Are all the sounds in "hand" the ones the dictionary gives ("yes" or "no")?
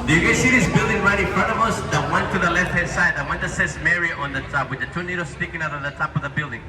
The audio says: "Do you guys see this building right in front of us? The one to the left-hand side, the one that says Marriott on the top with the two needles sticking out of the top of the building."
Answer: no